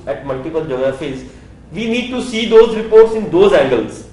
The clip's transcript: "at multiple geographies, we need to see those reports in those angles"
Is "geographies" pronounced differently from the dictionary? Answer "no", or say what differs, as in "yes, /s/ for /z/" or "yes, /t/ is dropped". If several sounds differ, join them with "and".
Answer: yes, /ɹ/ is dropped